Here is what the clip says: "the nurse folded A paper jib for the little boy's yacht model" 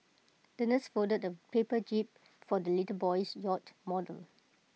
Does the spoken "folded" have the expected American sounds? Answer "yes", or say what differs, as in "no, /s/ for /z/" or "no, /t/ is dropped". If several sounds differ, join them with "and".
no, /l/ is dropped